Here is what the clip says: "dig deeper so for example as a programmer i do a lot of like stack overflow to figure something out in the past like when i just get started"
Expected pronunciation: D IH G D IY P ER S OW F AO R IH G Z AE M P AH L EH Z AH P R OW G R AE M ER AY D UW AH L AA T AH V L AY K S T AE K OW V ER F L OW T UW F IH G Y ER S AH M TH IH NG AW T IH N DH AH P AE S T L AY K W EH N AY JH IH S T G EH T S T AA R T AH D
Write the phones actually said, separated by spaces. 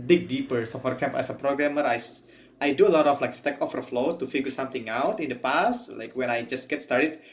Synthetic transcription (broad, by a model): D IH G D IY P ER S OW F AO R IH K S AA M P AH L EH S AH P R OW G R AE M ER AY D UW AH L AA T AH F L AY K S T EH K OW F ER F L OW T UW F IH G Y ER S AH M T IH NG AW T IH N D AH P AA S T L AY K W EH N AY JH IH S T G EH T S T AA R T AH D